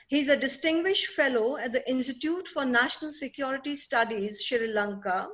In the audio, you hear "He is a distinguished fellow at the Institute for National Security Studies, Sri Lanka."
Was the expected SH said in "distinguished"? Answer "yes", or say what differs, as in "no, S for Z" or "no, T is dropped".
yes